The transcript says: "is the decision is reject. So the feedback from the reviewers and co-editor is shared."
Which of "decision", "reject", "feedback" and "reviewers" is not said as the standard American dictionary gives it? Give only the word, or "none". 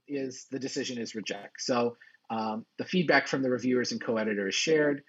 none